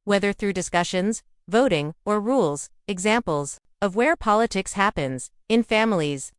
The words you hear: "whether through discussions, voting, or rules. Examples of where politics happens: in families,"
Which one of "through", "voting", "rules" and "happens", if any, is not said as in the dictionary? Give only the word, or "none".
none